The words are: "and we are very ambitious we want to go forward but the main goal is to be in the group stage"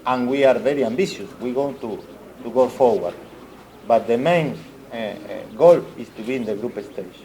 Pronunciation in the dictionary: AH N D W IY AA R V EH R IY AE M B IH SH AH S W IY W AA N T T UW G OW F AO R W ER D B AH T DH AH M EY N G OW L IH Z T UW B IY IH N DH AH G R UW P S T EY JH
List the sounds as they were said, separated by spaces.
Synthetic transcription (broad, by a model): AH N W IY AA R V EH R IY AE M B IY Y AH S W IY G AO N T T UW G OW F AO R W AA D B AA T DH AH M EY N G OW L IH S T UW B IY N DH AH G R UW P S T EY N